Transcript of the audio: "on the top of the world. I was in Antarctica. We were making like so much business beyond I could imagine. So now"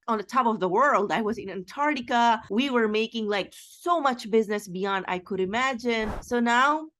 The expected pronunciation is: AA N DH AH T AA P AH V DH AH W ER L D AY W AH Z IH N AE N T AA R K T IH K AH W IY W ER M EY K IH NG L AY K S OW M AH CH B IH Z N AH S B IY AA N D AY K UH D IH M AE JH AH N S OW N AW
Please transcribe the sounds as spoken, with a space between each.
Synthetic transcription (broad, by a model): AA N DH AH T AA P AH V DH AH W ER L D AY W AH Z IH N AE N T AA R T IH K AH W IY W ER M EY K IH NG L AY K S OW M AH CH B IH Z N AH S B IY AA N D AY K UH D IH M AE JH AH N S OW N AW